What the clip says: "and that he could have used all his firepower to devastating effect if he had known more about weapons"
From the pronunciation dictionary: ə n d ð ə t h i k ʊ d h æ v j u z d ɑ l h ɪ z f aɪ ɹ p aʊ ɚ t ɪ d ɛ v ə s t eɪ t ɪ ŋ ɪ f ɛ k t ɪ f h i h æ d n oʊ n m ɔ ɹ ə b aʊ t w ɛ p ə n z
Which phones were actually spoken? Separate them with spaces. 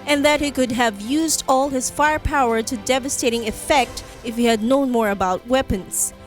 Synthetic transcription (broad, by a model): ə n ð ə t h i k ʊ d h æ v j u z d ɑ l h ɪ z f aɪ ɹ p aʊ ɚ t ɪ d ɛ v ə s t eɪ t ɪ ŋ ɪ f ɛ k t ɪ f h i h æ d n oʊ n m ɔ ɹ ə b aʊ t w ɛ p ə n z